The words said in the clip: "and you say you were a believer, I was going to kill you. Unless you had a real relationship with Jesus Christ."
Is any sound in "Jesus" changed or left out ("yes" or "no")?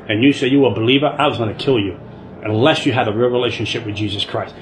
no